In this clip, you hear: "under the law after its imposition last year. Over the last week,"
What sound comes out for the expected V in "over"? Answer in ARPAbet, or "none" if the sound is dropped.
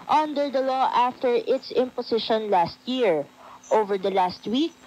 V